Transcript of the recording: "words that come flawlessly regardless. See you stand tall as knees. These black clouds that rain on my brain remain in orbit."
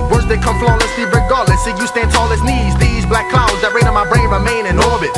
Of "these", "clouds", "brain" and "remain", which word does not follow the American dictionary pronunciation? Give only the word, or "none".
none